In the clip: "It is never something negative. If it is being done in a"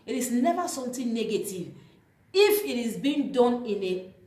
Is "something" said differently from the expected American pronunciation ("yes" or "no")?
yes